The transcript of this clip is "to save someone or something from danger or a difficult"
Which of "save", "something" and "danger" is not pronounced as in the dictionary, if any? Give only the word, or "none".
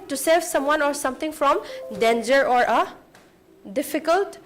something